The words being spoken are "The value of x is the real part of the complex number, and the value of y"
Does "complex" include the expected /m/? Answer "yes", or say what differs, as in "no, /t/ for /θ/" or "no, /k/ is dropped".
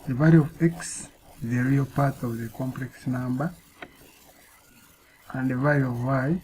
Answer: yes